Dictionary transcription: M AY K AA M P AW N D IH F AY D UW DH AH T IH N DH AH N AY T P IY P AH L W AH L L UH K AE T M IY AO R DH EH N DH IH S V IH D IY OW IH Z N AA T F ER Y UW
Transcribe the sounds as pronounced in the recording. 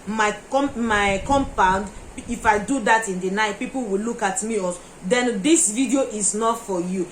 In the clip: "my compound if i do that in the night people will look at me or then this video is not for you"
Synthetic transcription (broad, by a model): M AY K AA M P AW N D IH F AY D UW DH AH T IH N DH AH N AY T P IY P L W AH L L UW K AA T M IY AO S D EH N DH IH S V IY D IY OW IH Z N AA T F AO Y UW